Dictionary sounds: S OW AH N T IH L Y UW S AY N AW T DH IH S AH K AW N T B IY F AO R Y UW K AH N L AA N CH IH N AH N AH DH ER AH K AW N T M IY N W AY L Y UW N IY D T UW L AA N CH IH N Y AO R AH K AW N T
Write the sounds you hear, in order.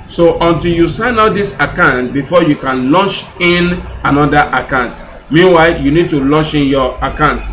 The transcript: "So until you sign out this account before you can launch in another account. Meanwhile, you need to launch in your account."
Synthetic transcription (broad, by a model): S OW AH N T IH L Y UW S AY N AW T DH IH S AH K AW N T B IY F AO Y UW K AH N L AA N CH IH N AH N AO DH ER AH K AW N T M IY N W AY L Y UW N IY D T UW L AA N CH IH N Y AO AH K AW N T